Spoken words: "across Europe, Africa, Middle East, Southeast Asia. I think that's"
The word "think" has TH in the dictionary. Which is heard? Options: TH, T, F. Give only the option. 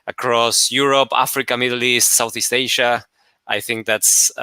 TH